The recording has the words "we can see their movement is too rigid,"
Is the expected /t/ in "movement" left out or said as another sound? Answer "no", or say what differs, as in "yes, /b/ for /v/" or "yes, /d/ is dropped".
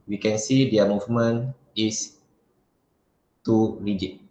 yes, /t/ is dropped